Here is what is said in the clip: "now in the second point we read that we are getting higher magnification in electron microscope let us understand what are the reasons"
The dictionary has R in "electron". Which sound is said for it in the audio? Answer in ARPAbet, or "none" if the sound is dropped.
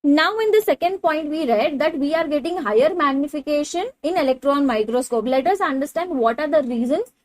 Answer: R